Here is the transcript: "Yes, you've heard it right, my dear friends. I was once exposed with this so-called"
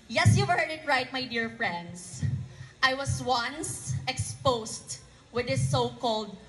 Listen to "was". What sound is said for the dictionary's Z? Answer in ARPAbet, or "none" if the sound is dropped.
S